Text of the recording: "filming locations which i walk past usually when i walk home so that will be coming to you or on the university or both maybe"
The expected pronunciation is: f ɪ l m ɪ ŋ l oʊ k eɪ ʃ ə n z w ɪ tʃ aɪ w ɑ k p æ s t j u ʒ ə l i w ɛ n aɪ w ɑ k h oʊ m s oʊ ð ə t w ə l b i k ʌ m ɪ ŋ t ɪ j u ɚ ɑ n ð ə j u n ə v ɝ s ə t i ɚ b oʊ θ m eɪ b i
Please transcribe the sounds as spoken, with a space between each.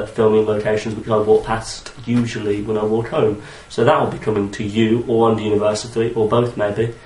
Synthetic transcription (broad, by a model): f ɪ l m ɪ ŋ l oʊ k eɪ ʃ ə n z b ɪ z aɪ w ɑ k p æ s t j u ʒ ə l i w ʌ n aɪ w ɑ k h oʊ m s oʊ ð ə t w ə l b i k ʌ m ɪ ŋ t ɪ j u ɚ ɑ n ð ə j u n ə v ɝ s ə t i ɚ b oʊ θ m eɪ b i